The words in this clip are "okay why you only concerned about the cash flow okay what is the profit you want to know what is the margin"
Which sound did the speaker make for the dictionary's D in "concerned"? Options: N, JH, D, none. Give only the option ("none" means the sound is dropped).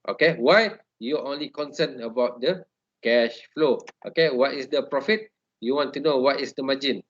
none